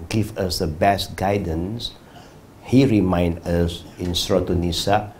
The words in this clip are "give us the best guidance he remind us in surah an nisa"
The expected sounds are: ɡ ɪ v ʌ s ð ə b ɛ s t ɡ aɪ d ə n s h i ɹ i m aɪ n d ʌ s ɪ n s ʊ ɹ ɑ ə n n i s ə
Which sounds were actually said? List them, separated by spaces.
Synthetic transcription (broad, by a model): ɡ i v ʌ s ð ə b ɛ s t ɡ aɪ d ə n s h i ɹ i m aɪ n d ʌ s ɪ n s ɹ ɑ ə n n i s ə